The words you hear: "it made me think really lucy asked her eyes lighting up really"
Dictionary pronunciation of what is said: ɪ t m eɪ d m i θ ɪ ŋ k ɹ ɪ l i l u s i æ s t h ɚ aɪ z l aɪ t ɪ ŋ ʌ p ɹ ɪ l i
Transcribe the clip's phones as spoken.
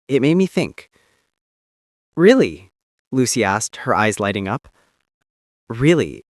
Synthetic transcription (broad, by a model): ɪ t m eɪ d m i θ ɪ ŋ k ɹ ɪ l i l u s i æ s t h ɚ aɪ z l aɪ t ɪ ŋ ʌ p ɹ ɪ l i